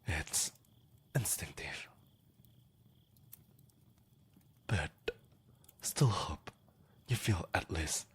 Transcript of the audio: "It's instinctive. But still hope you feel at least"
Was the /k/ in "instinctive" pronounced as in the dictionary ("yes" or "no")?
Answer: no